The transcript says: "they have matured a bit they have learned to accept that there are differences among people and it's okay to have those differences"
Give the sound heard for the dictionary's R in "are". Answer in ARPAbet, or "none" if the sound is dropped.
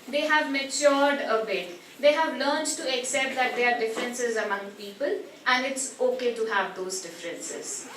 R